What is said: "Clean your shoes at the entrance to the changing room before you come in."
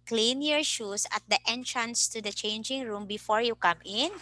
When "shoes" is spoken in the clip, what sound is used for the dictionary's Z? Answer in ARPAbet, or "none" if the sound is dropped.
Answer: S